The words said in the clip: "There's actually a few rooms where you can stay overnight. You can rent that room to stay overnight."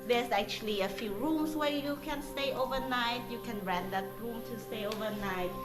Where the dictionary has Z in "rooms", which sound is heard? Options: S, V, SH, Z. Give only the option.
S